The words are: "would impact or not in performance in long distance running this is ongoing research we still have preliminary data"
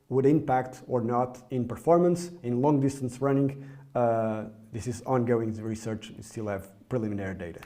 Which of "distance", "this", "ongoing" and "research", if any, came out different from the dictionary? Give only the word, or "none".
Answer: none